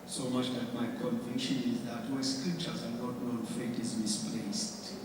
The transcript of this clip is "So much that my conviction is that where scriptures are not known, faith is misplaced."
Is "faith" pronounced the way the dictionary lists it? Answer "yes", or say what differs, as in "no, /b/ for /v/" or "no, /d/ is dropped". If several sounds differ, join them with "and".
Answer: no, /t/ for /θ/